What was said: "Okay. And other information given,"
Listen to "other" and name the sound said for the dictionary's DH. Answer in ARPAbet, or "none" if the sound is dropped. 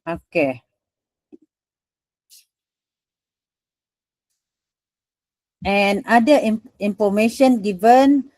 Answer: none